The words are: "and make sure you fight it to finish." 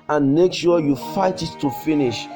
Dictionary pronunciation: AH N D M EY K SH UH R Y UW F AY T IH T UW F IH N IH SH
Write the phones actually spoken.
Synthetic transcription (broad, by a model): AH N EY K S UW Y UW F AY T IH T UW F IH N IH SH